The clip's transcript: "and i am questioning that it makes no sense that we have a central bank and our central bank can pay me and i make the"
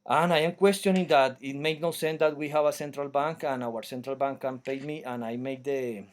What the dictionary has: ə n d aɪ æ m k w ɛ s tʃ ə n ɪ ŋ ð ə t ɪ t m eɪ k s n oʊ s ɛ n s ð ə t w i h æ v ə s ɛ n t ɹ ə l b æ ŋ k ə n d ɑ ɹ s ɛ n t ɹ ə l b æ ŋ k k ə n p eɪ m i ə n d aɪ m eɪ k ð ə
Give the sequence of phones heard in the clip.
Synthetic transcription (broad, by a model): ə n aɪ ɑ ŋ k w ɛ s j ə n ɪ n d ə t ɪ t m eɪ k n oʊ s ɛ n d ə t w i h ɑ b ə s ɛ n t ɹ ə l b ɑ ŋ k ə n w ɑ ɹ s ɛ n t ɹ ə l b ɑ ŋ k k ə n p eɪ m i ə n aɪ m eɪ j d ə